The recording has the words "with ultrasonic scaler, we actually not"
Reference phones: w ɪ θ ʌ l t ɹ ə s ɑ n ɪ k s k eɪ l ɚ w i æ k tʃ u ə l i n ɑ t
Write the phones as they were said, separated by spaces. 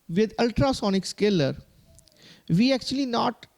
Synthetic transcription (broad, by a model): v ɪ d ʌ l t ɹ ə s ɑ n ɪ k s k eɪ l ɚ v i æ k tʃ u ə l i n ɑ t